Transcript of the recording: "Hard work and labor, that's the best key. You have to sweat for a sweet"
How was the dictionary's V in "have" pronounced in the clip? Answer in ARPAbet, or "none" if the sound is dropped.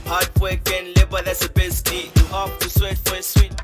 P